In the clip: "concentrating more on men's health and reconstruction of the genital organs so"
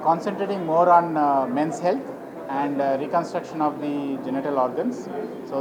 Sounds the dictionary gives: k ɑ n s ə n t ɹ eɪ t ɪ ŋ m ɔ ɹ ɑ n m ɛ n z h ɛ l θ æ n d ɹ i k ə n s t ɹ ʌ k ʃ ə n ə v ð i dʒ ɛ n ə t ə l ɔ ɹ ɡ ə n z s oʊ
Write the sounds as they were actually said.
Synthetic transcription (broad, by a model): k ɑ n s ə n t ɹ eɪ t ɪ ŋ m ɔ ɹ ɑ n m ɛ n s h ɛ l t æ n d ɹ i k ə n s t ɹ ʌ k ʃ ə n ə v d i dʒ ɛ n ə t ə l ɔ ɹ ɡ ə n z s oʊ